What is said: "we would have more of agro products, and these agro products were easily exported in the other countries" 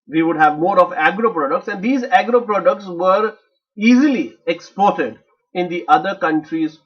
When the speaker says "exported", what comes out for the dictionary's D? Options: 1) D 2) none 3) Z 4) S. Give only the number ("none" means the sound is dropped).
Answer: 1